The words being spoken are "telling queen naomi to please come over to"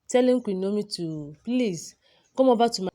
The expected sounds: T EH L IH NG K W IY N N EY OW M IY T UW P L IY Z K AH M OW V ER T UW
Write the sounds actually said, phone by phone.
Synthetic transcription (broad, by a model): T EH L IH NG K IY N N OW M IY T UW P L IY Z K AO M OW B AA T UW